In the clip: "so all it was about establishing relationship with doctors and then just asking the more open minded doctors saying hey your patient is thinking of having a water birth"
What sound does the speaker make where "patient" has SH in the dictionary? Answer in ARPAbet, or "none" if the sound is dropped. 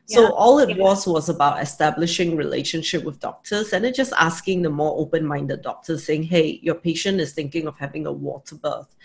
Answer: SH